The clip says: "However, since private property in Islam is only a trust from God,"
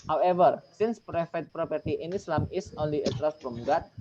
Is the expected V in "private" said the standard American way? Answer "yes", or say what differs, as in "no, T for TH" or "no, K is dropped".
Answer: no, F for V